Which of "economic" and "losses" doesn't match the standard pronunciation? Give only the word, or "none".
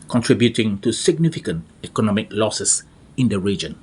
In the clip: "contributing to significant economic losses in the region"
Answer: losses